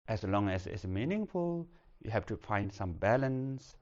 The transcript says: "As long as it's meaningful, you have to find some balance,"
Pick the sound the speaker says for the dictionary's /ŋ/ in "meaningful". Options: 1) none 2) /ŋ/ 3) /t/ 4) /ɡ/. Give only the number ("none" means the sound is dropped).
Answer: 2